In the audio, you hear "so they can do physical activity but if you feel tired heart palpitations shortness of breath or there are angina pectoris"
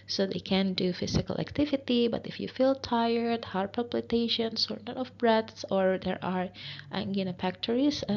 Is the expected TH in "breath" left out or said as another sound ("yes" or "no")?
yes